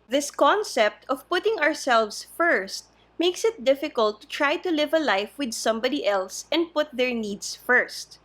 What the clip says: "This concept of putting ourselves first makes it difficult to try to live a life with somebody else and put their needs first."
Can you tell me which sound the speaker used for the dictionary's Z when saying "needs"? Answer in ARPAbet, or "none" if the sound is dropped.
S